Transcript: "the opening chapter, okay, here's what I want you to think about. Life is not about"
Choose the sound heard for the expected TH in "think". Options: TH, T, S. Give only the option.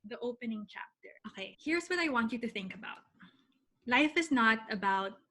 TH